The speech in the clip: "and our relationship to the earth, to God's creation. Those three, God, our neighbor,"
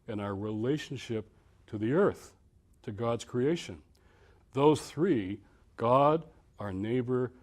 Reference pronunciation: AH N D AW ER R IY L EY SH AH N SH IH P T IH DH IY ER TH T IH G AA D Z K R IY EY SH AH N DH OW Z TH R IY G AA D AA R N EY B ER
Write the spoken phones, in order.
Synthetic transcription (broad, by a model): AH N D AW ER R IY L EY SH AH N SH IH P T IH DH IY ER TH T IH G AA D Z K R IY EY SH AH N DH OW Z TH R IY G AA D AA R N EY B ER